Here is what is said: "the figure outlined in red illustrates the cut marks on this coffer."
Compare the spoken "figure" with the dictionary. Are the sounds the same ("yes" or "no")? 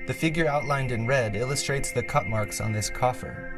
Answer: yes